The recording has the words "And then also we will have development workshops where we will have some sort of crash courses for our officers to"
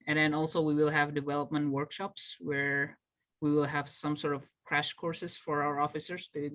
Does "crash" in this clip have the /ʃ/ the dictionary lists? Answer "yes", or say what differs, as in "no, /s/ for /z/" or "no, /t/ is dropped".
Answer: yes